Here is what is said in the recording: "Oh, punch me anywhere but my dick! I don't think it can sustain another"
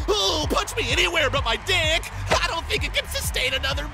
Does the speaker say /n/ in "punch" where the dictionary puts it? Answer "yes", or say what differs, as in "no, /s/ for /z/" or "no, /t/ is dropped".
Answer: no, /n/ is dropped